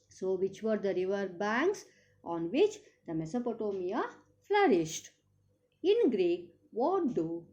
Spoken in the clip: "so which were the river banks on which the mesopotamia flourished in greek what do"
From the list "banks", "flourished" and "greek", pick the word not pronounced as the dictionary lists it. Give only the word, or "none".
none